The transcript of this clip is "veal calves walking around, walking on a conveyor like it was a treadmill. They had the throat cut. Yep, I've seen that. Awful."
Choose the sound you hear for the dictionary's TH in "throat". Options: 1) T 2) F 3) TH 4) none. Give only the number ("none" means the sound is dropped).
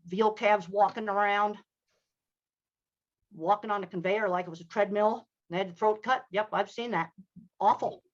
3